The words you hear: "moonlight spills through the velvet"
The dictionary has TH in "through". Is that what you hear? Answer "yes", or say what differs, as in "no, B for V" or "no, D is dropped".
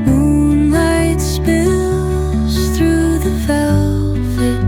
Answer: yes